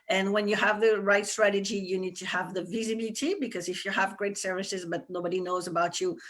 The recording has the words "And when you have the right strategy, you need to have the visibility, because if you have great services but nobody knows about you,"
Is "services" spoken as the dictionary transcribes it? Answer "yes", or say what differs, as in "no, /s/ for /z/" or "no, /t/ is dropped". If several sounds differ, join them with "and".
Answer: yes